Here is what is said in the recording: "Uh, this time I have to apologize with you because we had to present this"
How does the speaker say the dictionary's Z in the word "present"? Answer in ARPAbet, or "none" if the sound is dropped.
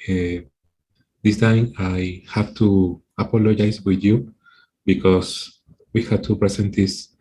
S